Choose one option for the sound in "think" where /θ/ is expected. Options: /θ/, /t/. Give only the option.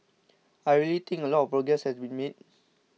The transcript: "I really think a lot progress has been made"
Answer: /t/